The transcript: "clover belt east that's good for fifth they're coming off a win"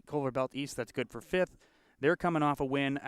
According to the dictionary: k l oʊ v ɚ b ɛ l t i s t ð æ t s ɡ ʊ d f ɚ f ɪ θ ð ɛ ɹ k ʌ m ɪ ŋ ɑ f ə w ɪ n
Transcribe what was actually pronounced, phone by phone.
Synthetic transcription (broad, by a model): k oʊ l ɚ b ɛ l t i s t ð æ t s ɡ ʊ d f ɚ f ɪ θ ð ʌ ɹ k ʌ m ɪ ŋ ɑ f ə w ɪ n